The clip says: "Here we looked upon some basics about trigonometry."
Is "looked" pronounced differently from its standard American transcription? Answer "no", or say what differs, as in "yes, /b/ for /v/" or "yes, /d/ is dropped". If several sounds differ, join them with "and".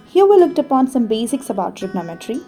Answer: no